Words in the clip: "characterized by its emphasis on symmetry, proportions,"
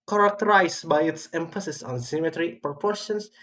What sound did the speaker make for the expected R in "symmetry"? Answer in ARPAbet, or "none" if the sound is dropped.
R